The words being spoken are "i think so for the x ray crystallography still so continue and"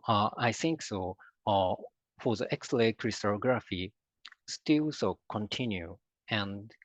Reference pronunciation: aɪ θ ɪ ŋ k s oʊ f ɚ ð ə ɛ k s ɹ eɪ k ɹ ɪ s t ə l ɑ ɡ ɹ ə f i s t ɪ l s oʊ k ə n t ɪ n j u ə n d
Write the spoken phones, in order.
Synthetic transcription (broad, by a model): aɪ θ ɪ ŋ k s oʊ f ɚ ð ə ɛ k s l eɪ k ɹ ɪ s t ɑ ɡ ɹ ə f i s t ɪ l s oʊ k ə n t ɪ n j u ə n d